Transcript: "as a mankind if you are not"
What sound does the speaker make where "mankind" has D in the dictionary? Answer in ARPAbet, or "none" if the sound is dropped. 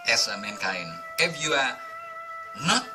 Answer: none